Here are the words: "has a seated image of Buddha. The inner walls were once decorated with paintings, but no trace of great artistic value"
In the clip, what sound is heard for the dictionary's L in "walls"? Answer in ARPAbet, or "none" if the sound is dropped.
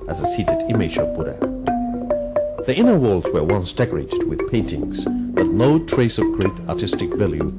L